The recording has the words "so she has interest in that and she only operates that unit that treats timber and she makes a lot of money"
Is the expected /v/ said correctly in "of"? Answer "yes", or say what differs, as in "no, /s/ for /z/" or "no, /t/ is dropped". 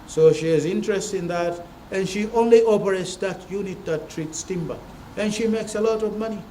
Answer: yes